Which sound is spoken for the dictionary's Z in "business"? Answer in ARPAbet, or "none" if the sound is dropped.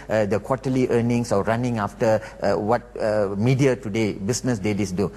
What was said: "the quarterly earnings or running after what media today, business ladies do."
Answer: S